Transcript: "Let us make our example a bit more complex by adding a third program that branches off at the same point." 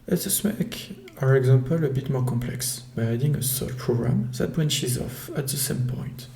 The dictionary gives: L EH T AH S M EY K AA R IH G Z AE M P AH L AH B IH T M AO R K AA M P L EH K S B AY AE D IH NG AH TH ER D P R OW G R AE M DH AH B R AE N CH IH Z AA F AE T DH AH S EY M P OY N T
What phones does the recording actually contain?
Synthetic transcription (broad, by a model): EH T AH S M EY K AA R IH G Z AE M P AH L AH B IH T M AO R K AA M P L EH K S B AY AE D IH NG AH S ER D P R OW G R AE M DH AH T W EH N SH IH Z AA F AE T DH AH S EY M P OY N T